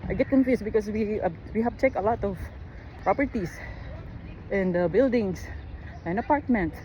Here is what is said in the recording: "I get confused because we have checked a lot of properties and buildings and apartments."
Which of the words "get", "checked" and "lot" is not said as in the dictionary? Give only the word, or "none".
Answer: checked